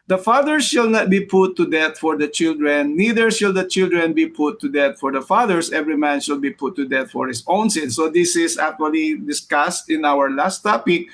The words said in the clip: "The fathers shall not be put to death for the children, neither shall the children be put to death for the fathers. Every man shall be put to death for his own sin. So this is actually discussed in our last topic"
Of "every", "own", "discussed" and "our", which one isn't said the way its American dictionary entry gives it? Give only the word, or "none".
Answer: none